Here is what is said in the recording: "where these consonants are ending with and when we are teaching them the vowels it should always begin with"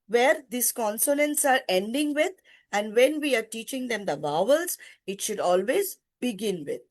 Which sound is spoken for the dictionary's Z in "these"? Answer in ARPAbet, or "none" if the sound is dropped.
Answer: S